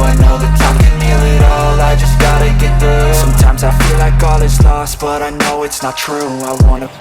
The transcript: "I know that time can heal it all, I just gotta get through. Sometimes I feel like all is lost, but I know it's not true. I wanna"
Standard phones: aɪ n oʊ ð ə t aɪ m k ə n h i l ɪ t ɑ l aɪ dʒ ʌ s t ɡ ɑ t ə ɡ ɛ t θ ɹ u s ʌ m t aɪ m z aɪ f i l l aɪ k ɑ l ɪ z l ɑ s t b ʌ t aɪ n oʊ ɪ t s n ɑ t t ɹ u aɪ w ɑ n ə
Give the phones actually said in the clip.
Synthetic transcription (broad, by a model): aɪ n oʊ ð ə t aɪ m k ə n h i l ɪ t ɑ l aɪ dʒ ʌ s ɡ ɑ t ə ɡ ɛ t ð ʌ s ʌ m t aɪ m z aɪ f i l l aɪ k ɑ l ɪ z l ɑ s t b ʌ t aɪ n oʊ ɪ t s n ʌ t t ɹ u aɪ w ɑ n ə